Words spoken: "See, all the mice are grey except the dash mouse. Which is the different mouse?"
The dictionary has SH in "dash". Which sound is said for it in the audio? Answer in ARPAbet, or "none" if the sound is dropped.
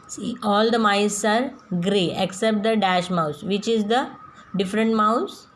SH